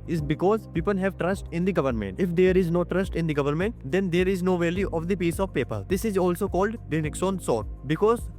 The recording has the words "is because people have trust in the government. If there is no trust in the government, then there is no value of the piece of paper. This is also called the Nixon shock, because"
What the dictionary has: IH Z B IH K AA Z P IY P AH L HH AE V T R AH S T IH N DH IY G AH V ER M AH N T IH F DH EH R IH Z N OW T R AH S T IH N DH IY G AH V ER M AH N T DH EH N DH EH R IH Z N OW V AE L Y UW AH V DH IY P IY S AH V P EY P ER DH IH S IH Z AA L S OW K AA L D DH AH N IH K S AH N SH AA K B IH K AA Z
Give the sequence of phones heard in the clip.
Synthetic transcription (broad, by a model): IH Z B IH K AA Z P IY P AH L HH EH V T R AH S T IH N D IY G AH V ER M AH N T IH F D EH R IH Z N OW T R AH S T IH N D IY G AH V ER M AH N T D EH N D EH R IH Z N OW V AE L Y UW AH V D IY P IY S AH V P EY P ER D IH S IH Z AA L S OW K AA L D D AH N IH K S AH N S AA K B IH K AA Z